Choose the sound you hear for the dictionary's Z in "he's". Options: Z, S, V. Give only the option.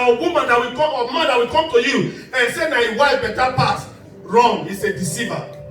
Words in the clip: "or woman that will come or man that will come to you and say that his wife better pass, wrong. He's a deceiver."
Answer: S